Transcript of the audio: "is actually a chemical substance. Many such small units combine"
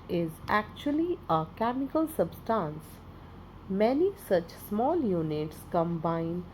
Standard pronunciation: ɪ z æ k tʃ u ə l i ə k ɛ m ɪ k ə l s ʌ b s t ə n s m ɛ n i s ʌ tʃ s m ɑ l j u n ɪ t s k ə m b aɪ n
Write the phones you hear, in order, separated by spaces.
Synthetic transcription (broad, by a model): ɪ z æ k tʃ u ə l i ə k ɛ m ɪ k ə l s ʌ b s t ə n s m ɛ n i s ʌ tʃ s m ɑ l j u n ɪ t s k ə m b aɪ n